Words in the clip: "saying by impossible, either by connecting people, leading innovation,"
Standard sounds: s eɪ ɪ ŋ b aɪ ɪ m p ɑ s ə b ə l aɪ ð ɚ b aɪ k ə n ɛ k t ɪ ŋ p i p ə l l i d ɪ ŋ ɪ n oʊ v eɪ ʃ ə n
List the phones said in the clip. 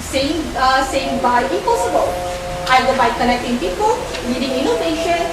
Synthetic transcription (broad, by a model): s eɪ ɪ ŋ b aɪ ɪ p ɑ s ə b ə l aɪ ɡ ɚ b aɪ k ə n ɛ k t ɪ ŋ p i p ə l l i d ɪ ŋ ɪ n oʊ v eɪ ʃ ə n